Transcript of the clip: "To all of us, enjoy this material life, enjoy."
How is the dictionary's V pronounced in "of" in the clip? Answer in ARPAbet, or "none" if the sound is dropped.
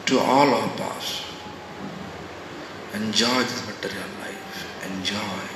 P